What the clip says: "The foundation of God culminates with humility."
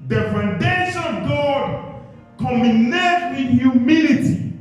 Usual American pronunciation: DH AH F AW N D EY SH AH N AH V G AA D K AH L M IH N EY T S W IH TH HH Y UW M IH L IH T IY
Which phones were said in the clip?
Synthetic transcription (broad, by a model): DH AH F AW N D EY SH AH N AH V G AA D K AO M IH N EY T W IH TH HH Y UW M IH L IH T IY